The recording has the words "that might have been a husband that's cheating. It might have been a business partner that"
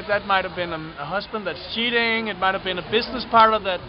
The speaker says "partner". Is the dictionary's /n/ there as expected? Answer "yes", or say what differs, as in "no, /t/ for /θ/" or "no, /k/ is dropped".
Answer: no, /n/ is dropped